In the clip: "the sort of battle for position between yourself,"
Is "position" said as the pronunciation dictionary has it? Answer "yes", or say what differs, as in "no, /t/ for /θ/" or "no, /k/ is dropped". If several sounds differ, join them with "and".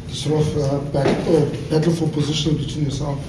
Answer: yes